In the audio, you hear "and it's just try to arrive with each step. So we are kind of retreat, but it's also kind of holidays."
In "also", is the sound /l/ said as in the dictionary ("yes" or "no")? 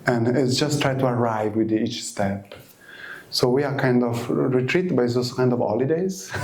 no